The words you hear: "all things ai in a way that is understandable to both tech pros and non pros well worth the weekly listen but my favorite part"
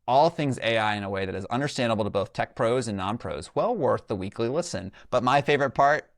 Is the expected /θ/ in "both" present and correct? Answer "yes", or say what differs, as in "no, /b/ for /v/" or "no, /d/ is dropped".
yes